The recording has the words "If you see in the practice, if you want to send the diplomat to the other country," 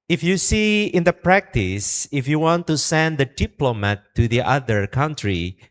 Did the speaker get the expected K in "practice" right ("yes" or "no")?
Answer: yes